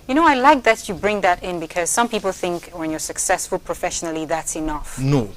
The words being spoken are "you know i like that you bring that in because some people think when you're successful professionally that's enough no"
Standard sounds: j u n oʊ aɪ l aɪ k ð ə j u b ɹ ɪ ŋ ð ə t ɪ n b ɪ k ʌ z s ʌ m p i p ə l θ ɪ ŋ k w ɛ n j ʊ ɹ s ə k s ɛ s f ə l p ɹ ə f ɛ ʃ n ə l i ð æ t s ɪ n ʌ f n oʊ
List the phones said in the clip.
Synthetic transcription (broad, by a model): j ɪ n oʊ aɪ l aɪ k ð ə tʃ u b ɹ ɪ ŋ ð ə t ɪ n b ɪ k ʌ z s ʌ m p i p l θ ɪ ŋ k w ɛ n j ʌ ɹ s ə k s ɛ s f ə l p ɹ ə f ɛ ʃ n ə l i ð æ t s ɪ n ʌ f n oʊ